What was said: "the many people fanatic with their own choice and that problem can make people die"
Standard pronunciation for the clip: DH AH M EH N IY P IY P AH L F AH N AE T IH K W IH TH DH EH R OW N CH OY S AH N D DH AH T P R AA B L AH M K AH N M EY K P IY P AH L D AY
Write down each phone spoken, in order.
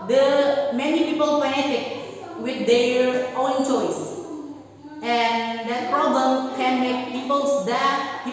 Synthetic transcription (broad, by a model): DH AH M EH N IY P IY P AH L P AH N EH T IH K W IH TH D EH R OW N CH OY S AH N D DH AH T P R AA B L AH M K AH N M EY K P IY P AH L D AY